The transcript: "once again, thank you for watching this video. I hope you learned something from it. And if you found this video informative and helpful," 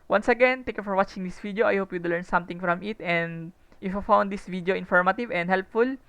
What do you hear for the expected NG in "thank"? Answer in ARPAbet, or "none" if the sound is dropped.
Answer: none